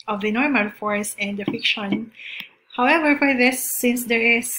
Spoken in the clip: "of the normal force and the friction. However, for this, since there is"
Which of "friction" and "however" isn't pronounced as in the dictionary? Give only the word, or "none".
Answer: friction